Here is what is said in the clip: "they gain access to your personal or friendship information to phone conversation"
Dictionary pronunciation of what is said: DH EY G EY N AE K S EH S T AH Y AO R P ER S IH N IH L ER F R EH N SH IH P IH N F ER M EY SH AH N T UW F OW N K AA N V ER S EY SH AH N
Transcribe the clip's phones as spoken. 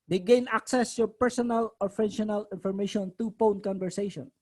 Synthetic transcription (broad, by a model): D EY G EY N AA K S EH S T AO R P ER S IH N IH L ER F EH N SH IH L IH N F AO M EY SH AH N T UW P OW N K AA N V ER S EY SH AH N